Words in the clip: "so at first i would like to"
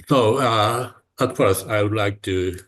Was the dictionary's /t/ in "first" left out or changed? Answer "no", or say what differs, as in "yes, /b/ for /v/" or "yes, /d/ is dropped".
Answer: yes, /t/ is dropped